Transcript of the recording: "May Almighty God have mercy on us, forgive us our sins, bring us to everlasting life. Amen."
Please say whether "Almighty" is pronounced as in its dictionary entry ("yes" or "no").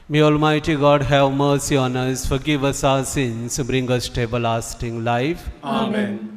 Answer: yes